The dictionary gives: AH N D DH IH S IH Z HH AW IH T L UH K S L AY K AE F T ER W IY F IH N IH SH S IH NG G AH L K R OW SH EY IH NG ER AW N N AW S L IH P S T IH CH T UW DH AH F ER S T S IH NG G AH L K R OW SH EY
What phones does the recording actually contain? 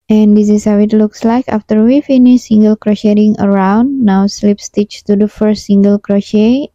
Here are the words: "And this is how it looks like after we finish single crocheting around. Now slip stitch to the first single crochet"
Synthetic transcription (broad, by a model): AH N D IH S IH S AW IH T L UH K S L AY K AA F T ER W IY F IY N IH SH S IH NG G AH L K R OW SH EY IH NG ER AW N N AW S L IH P S T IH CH T UW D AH F ER S T S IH NG G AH L K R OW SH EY